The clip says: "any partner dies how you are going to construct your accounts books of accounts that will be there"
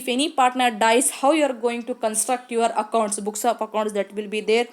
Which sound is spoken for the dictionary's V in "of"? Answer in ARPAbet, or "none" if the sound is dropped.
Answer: P